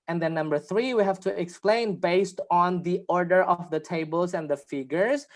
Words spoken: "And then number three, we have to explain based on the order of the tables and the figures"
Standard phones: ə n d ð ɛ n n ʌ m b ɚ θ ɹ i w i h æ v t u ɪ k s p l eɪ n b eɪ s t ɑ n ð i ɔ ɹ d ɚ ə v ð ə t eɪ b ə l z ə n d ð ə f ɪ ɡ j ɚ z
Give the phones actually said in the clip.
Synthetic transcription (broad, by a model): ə n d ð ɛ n n ʌ m b ɚ θ ɹ i w i h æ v t u ɪ k s p l eɪ n b eɪ s t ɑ n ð i ɔ ɹ d ɚ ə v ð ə t eɪ b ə l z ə n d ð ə f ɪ ɡ j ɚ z